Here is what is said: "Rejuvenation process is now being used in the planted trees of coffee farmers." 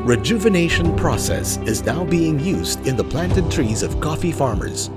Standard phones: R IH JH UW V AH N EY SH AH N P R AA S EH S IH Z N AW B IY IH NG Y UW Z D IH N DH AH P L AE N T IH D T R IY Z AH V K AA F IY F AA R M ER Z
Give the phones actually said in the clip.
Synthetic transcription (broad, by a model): R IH JH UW V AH N EY SH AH N P R AA S EH S IH Z N AW B IY IH NG Y UW Z D IH N DH AH P L AE N T IH D T R IY Z AH V K AA F IY F AA R M ER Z